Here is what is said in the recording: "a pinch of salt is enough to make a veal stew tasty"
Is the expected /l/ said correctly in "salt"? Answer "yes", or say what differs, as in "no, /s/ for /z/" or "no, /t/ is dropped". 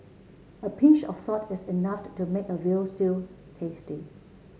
no, /l/ is dropped